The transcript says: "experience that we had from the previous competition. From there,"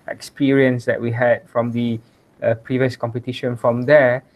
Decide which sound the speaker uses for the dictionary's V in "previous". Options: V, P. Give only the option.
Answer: V